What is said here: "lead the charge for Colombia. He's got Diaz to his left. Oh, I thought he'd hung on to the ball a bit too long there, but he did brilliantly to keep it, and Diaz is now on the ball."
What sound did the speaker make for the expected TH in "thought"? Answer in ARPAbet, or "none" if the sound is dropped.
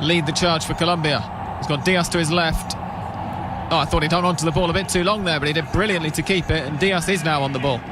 TH